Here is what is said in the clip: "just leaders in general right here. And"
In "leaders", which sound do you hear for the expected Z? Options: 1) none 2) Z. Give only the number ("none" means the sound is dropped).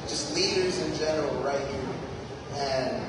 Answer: 2